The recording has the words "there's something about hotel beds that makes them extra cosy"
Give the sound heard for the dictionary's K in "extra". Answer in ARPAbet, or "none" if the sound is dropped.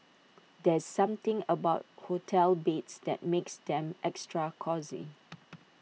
K